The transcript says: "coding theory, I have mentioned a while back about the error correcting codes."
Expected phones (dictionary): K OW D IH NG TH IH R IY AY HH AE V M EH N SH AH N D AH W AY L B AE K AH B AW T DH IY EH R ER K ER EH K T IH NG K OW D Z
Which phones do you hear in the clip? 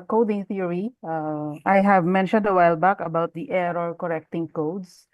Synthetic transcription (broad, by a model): K OW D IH NG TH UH R IY AY HH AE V M EH N SH AH N D AH W AY L B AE K AH B AW T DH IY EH R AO K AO EH K T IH NG K OW D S